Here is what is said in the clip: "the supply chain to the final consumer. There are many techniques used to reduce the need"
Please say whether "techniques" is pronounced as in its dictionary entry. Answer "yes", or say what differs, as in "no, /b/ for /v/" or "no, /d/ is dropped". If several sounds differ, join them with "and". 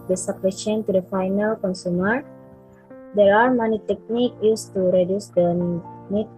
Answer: no, /s/ is dropped